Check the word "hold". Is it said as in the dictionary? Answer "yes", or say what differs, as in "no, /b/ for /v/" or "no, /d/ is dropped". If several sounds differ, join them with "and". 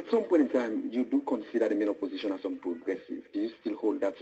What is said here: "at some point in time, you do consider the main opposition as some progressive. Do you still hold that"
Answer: yes